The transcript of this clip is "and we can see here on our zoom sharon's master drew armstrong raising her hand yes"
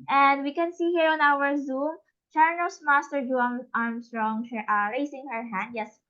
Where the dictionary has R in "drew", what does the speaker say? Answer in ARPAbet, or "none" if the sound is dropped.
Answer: none